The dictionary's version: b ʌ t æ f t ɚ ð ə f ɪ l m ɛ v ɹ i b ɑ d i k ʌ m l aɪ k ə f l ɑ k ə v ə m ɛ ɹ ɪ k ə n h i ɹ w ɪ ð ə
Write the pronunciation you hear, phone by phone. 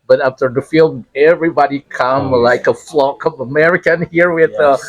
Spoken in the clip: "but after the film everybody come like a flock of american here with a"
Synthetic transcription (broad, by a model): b ʌ t æ f t ɚ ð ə f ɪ l ɛ v ɹ i b ɑ d i k ʌ m l aɪ k ə f l ɑ k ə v ə m ɛ ɹ ɪ k ə n h i ɹ w ɪ ð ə